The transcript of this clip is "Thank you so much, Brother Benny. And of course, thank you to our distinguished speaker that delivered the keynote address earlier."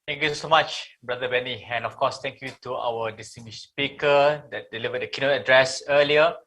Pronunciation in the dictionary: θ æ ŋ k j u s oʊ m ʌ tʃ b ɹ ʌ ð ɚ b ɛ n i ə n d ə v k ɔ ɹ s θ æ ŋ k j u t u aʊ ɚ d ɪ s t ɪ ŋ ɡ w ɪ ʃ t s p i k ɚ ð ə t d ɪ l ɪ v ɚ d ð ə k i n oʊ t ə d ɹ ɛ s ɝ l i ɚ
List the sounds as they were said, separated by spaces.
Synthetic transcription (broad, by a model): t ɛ ŋ k j u s oʊ m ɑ tʃ b ɹ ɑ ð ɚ b ɛ n i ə n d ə f k ɔ s t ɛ ŋ k j u t u aʊ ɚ d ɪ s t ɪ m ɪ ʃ s p i k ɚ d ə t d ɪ l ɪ v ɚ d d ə k i n oʊ t ə d ɹ ɛ s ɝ l i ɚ